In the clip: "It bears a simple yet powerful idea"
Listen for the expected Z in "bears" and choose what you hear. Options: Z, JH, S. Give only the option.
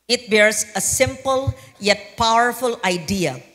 S